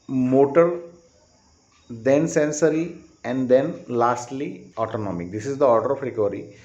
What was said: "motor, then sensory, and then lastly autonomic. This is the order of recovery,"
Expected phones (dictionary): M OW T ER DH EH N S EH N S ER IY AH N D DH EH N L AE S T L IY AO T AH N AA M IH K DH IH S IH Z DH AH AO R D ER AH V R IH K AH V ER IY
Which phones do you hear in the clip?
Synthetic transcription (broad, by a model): M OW T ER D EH N S EH N S ER IY AH N D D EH N L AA S T L IY AO T AH N AA M IH K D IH S IH Z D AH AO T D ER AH P R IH K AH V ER IY